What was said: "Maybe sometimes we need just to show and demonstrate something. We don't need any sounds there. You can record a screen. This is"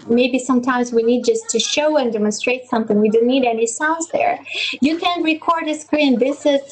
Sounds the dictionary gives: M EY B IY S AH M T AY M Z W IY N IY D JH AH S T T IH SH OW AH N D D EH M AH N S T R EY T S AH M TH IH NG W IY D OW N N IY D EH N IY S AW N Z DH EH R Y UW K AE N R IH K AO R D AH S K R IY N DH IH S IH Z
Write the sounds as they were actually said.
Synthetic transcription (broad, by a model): M EY B IY S AH M T AY M Z W IY N IY D JH AH S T T IH SH OW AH N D D EH M AH N S T R EY T S AH M TH IH NG W IY D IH N N IY D EH N IY S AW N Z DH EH R Y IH K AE N R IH K AO R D AH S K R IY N DH IH S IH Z